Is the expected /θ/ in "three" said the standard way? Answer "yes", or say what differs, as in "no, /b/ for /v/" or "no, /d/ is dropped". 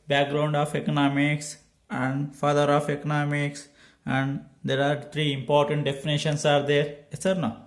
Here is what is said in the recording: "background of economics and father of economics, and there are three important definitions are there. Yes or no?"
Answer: no, /t/ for /θ/